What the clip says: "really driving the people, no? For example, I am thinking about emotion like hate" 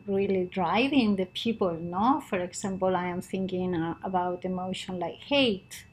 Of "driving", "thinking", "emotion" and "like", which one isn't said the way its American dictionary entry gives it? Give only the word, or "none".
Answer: none